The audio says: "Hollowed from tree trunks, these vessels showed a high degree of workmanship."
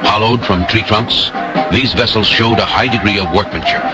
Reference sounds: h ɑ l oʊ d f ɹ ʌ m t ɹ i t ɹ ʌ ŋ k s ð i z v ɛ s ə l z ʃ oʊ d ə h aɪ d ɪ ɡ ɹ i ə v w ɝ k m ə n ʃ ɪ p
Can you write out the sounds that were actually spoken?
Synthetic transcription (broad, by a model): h ɑ l oʊ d f ɹ ʌ m t ɹ i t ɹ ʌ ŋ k s ð i z v ɛ s l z ʃ oʊ d ə h aɪ d ɪ ɡ ɹ i ə v w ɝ k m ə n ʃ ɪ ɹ